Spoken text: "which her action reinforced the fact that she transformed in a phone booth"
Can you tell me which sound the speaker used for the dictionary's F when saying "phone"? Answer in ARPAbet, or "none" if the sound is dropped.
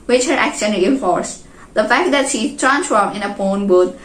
P